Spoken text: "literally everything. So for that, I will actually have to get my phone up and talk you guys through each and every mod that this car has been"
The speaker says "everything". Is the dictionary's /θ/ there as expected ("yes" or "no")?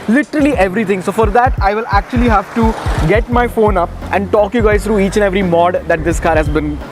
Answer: no